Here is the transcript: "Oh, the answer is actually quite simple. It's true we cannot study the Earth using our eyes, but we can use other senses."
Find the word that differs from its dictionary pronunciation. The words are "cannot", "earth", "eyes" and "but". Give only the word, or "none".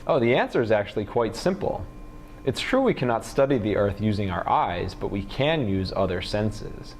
none